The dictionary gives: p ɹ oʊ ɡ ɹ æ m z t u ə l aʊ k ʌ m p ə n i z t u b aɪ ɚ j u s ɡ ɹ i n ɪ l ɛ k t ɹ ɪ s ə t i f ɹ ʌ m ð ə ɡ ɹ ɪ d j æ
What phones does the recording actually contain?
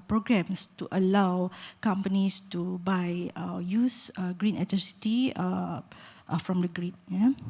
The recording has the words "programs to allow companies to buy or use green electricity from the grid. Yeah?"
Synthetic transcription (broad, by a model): p ɹ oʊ ɡ ɹ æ m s t u ə l aʊ k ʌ m p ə n i s t u b aɪ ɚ j u s ɡ ɹ i n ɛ t ʌ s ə t i f ɹ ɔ m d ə ɡ ɹ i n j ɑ